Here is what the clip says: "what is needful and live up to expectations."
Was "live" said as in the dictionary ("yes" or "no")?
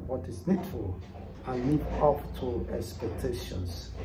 no